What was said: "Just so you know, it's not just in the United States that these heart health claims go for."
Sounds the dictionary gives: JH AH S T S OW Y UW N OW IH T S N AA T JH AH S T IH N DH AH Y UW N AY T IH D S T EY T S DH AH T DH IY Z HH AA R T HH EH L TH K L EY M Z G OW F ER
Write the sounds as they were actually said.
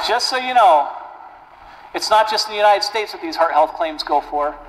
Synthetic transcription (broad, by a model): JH AH S T S OW Y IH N OW IH T S N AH T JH AH S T DH AH Y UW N AY T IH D S T EY T S DH AH T DH IY Z HH AA R T HH EH L TH K L EY M Z G OW F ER